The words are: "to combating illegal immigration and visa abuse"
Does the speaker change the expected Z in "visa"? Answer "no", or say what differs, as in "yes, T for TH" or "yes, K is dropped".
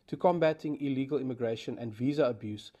no